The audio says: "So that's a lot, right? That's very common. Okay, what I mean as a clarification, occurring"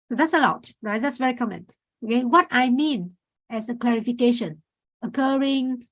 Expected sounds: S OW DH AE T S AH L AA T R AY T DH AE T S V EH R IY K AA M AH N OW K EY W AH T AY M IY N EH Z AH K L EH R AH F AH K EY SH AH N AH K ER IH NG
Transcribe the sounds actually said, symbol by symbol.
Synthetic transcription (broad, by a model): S OW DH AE T S AH L AA T R AY T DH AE T S V EH R IY K AA M AH N OW K EY W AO T AY M IY N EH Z AH K L EH R AH F AH K EY SH AH N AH K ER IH NG